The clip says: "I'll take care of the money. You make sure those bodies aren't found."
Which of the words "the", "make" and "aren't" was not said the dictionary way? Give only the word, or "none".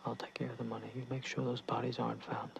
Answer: none